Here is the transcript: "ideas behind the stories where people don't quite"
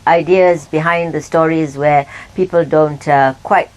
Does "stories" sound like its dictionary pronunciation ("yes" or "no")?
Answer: yes